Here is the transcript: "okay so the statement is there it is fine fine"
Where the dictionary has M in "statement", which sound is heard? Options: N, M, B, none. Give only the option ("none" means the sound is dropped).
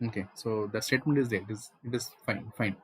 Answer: M